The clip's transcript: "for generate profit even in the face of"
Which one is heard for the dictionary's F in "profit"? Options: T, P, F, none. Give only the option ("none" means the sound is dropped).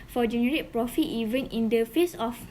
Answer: F